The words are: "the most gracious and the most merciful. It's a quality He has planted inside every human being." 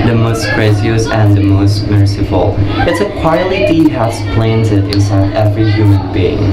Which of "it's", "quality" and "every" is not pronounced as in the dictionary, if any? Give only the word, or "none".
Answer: quality